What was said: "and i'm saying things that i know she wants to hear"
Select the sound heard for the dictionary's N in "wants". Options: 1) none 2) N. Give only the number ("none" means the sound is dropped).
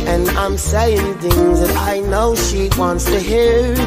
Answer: 2